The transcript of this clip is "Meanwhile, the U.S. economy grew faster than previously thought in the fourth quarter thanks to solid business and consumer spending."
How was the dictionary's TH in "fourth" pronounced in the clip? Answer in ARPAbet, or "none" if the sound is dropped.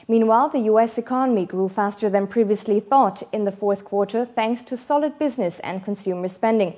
TH